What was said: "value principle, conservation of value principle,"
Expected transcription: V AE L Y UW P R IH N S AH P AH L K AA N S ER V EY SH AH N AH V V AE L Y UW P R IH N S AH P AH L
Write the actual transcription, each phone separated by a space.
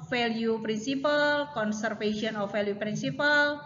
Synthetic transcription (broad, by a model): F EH L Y UW P R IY N S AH P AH L K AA N S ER F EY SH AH N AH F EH L Y UW P R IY N S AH P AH L